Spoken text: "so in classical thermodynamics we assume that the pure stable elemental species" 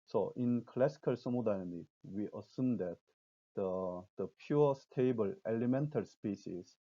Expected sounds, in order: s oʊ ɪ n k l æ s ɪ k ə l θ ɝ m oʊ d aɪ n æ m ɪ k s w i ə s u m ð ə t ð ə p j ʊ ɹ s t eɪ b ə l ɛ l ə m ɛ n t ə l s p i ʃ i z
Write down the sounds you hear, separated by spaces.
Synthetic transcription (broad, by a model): s oʊ ɪ n k l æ s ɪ k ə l s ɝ m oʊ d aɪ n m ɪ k w i ə s u m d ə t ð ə p j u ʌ s t eɪ b ə l ɛ l ə m ɛ n t ə l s p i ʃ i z